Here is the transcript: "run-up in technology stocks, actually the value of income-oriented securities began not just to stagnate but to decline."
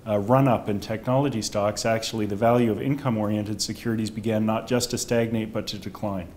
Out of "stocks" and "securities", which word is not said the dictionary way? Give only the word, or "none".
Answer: none